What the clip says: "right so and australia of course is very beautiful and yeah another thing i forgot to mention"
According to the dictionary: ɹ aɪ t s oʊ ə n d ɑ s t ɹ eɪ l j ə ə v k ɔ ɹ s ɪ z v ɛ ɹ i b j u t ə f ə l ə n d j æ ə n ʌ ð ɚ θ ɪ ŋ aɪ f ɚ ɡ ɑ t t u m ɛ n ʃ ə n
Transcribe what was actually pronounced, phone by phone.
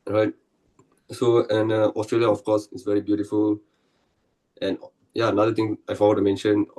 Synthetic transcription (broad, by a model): ɹ aɪ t s oʊ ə n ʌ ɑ s t ɹ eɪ l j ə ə f k ɔ s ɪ s v ɛ ɹ i b j u t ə f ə l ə n j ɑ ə n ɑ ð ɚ t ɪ ŋ aɪ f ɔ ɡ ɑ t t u m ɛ n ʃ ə n